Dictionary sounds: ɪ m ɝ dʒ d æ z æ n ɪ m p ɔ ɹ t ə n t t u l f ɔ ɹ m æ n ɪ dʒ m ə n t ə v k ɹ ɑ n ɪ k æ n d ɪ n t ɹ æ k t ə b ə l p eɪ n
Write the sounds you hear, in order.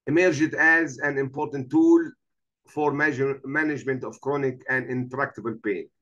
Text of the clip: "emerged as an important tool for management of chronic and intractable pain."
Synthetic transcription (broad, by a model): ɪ m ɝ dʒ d æ z æ n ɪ m p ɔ ɹ t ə n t t u l f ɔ ɹ m æ n ɪ dʒ m ə n t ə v k ɹ ɑ n ɪ k æ n d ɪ n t ɹ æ k t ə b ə l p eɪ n